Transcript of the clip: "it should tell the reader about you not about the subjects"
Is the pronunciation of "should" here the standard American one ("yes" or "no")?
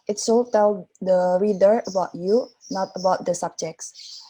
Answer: no